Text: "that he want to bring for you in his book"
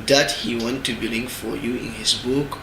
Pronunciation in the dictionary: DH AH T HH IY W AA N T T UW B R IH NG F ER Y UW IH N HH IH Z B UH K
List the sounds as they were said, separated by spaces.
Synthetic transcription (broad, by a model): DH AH T HH IY W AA N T T UW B L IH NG F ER Y UW IH N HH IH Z B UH K